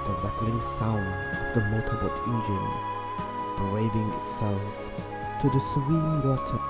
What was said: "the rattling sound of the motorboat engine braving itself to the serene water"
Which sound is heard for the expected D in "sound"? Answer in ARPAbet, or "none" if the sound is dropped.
D